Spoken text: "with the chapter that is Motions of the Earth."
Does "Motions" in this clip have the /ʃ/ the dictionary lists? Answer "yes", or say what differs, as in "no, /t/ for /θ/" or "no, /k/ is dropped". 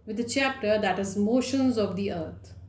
yes